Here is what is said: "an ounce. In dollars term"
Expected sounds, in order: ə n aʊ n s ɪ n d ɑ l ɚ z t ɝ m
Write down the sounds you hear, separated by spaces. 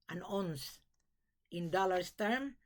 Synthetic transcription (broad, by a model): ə n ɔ n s ɪ n d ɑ l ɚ s t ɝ m